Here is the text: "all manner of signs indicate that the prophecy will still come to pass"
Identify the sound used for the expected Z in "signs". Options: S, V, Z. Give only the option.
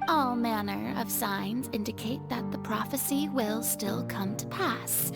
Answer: Z